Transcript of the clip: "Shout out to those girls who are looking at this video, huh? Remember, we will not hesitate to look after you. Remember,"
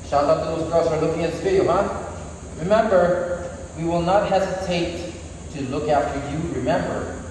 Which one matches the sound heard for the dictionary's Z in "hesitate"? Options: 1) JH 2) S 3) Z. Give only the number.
3